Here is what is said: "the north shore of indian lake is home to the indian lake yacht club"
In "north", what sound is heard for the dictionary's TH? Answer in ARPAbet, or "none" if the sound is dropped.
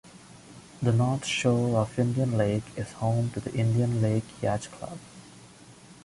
T